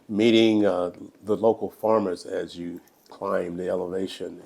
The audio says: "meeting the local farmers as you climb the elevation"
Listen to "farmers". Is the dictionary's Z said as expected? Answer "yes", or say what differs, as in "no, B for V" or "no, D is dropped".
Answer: yes